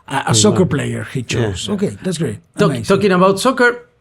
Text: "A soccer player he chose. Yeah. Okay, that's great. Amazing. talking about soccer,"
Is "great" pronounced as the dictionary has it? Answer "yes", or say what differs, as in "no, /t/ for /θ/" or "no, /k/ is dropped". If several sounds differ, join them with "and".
no, /t/ is dropped